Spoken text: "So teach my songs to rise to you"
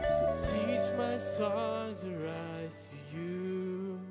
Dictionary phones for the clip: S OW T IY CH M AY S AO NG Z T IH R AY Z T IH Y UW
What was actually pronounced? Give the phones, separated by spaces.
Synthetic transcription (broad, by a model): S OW T IY CH M AY S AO Z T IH R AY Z T IH Y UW